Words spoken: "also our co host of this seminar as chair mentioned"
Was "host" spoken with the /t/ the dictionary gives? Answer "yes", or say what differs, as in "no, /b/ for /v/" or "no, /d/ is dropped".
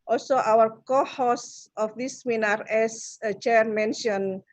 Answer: no, /t/ is dropped